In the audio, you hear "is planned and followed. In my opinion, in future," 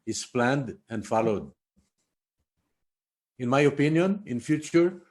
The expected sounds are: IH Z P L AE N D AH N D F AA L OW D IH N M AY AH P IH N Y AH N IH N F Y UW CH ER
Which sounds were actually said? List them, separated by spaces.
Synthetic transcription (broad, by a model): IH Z P L AE N D AH N D F AA L OW D IH N M AY AH P IH N Y AH N IH N F Y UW CH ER